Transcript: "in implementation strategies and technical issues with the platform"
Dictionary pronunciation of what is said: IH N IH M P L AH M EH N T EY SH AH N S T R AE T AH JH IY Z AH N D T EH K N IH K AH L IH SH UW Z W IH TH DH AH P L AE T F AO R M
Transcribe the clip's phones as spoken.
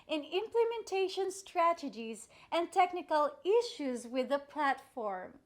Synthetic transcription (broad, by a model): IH N IH M P L AH M EH N T EY SH AH N S T R AE T AH JH IY Z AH N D T EH K N IH K AH L IH SH UW Z W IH DH AH P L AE T F AO R M